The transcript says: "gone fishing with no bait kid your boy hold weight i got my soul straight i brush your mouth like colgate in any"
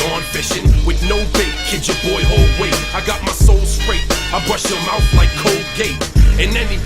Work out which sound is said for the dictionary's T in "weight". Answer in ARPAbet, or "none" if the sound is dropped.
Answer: none